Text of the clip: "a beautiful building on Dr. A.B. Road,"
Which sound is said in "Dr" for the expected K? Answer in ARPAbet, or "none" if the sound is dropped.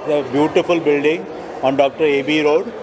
K